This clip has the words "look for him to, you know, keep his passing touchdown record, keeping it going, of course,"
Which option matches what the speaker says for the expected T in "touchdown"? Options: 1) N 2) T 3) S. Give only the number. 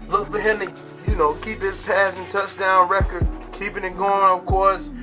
2